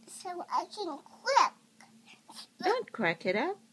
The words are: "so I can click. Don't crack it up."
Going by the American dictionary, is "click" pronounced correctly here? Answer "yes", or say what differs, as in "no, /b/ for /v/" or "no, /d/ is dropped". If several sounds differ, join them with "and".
no, /w/ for /l/